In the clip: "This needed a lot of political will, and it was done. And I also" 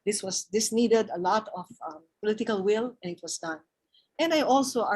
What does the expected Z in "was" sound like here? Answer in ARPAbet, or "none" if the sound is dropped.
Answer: S